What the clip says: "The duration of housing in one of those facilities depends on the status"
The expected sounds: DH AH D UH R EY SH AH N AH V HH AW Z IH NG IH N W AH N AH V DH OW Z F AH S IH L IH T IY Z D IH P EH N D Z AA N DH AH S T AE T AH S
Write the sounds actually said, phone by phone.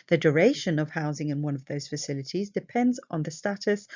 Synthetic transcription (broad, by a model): DH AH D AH R EY SH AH N AH V HH AW Z IH NG IH N W AH N AH V DH OW Z F AH S IH L IH T IY Z D IH P EH N D Z N DH AH S T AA T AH S